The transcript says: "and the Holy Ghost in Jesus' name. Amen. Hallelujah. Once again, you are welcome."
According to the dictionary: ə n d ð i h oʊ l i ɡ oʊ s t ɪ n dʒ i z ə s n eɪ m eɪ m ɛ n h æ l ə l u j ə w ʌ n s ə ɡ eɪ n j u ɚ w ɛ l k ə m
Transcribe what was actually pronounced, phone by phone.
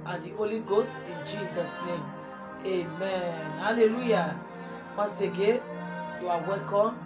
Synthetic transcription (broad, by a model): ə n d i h oʊ l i ɡ oʊ s t ɪ n dʒ i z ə s n eɪ m eɪ m ɛ n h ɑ l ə l u j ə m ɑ s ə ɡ eɪ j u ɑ w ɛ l k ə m